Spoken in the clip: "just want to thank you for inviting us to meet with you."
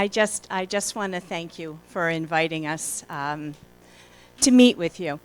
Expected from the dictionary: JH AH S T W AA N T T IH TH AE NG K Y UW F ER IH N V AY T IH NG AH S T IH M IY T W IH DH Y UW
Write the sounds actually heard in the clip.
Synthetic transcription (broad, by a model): JH AH S T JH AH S T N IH TH AE NG K Y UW F ER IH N V AY T IH NG AH S T IH M IY T W IH DH Y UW